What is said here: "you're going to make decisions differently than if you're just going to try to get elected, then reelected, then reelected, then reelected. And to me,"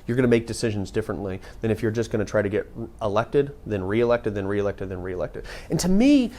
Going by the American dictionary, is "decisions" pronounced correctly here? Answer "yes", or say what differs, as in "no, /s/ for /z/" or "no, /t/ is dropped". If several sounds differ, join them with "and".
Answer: yes